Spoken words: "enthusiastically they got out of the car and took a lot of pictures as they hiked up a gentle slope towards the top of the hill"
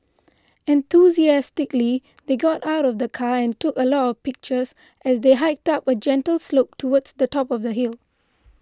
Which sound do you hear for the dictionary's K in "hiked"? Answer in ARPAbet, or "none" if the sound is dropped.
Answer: K